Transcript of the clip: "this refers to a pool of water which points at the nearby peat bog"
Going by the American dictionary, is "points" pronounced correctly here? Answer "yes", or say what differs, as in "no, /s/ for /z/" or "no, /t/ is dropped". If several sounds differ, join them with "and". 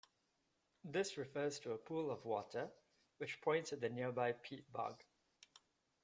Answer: no, /s/ is dropped